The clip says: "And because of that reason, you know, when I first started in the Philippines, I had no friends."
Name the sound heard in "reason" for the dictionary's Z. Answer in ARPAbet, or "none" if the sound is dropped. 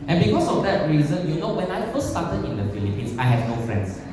Z